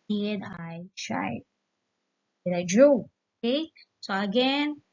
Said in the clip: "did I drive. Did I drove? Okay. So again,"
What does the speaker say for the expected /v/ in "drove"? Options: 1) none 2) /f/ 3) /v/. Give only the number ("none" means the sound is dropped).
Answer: 1